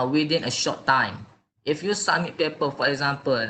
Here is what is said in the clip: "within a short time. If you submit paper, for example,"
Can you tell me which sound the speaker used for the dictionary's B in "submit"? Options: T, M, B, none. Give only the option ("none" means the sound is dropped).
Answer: none